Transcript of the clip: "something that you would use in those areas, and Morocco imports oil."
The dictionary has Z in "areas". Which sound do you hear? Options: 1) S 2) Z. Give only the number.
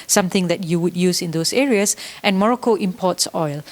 1